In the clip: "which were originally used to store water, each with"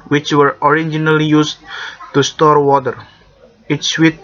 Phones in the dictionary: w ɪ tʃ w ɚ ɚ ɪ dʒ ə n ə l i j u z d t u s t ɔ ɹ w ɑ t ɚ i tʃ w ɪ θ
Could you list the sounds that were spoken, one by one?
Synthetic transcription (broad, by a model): w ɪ tʃ w ɚ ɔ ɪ dʒ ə n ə l i j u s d t u s t ɔ ɹ w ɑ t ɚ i s w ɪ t